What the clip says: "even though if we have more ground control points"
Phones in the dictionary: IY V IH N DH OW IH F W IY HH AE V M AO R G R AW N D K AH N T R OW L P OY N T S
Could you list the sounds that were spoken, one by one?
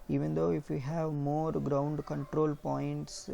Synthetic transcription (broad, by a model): IY V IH N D OW IH F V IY HH AE V M AO R G R AW N D K AH N T R OW L P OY N T S